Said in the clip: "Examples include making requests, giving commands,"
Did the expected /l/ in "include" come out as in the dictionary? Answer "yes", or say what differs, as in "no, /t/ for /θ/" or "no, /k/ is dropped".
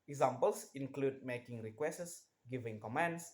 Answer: yes